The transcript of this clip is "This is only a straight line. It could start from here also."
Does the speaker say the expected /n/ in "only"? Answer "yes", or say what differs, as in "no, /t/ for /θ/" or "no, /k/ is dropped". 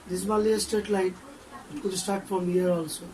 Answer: no, /n/ is dropped